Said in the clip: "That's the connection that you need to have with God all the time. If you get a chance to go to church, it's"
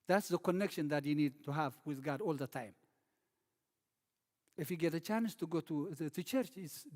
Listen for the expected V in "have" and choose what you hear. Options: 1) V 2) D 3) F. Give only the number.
1